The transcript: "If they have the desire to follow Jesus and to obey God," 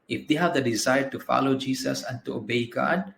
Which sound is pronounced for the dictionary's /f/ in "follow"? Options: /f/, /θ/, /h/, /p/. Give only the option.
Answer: /f/